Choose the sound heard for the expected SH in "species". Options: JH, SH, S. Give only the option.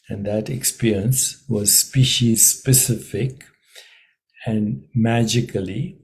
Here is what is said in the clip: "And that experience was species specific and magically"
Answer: SH